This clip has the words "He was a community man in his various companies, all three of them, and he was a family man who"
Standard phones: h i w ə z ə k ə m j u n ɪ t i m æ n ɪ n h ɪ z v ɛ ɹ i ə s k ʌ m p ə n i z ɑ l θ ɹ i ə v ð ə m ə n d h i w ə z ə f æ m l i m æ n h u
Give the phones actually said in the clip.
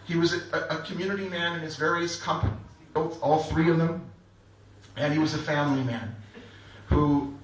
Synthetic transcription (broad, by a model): h i w ə z ə k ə m j u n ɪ t i m æ n ɪ n ɪ z v ɛ ɹ i ə s k ʌ m p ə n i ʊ ɑ l θ ɹ i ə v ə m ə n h i w ə z ə f æ m l i m æ n h u